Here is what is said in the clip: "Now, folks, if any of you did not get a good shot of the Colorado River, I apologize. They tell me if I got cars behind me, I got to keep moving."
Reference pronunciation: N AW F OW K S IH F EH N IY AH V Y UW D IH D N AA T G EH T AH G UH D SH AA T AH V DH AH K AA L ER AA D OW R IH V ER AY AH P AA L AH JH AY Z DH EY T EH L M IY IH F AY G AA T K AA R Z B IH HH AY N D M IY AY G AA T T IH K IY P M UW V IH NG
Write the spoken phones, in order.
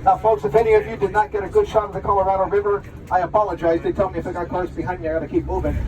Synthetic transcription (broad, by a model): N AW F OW S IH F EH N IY AH V Y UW D IH D N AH T G EH T AH G UH D SH AA T AH V DH AH K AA L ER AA D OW R IH V ER AY AH P AA L AH JH AY Z DH EY T EH L M IY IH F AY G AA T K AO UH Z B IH HH AY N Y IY AY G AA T T IH K IY P M UW V IH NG